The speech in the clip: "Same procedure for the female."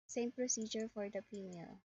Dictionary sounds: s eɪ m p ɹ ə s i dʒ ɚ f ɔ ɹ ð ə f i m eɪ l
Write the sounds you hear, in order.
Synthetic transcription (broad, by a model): s eɪ m p ɹ ə s i dʒ ɚ f ɔ ɹ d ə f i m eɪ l